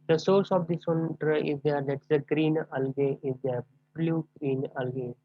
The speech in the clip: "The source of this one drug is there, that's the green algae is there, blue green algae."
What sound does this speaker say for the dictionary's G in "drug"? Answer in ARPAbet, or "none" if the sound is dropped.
none